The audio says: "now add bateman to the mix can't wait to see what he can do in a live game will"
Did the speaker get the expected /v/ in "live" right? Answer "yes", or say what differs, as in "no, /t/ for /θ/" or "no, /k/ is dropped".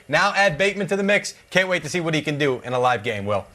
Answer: yes